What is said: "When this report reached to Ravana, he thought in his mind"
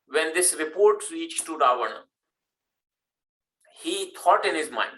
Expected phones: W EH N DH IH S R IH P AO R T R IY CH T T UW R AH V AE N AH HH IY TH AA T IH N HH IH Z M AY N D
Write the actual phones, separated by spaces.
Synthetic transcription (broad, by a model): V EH N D IH S R IH P AO R T R IY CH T T UW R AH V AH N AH HH IY T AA T IH N HH IH Z M AY N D